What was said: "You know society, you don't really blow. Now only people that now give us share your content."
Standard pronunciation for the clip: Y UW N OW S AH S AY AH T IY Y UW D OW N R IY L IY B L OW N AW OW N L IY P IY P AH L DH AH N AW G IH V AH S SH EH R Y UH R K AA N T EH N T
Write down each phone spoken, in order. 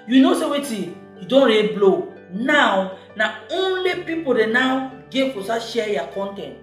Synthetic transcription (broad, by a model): Y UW N OW S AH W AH T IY Y UW D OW N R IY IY B L OW N AW OW N L IY P IY P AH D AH N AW G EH F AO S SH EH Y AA K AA N T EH N T